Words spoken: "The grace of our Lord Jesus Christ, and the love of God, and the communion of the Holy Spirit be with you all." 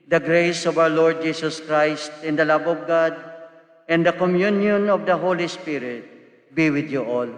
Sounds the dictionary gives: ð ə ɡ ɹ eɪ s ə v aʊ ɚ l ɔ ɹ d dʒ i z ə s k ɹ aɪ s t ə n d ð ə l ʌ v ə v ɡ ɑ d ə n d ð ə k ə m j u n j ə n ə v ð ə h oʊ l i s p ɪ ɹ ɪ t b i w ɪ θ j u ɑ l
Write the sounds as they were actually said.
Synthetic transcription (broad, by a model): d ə ɡ ɹ eɪ s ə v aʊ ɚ l ɔ ɹ d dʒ i s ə s k ɹ aɪ s t ə n d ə l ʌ b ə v ɡ ɑ d ə n d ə k ə m j u n j ə n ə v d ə h oʊ l i s p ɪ ɹ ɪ t b i w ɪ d j u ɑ l